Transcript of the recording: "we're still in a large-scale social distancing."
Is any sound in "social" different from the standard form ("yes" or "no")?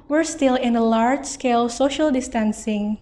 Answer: no